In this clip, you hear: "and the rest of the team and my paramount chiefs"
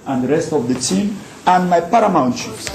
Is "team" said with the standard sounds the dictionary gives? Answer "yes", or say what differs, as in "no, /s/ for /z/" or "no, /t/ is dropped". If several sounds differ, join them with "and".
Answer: yes